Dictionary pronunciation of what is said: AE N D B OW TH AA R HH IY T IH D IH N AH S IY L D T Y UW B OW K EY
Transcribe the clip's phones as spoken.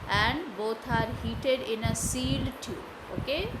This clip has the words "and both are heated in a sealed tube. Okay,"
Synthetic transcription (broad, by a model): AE N D B OW T AA R HH IY T IH D IH N AH S IY L T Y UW OW K EY